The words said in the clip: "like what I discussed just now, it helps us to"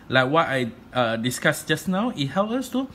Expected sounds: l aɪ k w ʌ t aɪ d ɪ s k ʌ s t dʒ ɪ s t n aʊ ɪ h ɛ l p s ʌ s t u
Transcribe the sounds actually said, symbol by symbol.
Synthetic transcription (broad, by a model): l aɪ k w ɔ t aɪ d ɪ s k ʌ s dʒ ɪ s n aʊ ɪ h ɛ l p ʌ s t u